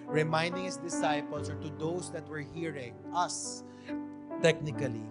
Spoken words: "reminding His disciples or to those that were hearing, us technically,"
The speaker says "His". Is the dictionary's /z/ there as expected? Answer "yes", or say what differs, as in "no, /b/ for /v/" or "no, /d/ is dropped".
no, /s/ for /z/